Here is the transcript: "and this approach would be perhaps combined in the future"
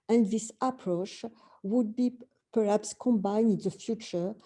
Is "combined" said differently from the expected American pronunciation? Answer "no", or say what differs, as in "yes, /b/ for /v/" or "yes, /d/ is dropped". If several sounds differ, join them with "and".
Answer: yes, /d/ is dropped